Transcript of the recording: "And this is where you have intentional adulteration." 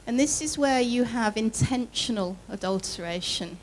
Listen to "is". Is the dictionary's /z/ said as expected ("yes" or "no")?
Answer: yes